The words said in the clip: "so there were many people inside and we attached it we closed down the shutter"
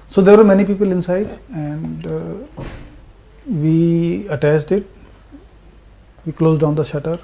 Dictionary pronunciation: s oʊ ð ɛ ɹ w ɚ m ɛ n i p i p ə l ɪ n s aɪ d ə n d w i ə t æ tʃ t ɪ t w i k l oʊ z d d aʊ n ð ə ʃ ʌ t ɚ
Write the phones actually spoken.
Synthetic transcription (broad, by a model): s oʊ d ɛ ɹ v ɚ m ɛ n i p i p ə l ɪ n s aɪ d ə n d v i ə t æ s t ɪ t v i k l oʊ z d d aʊ n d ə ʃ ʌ t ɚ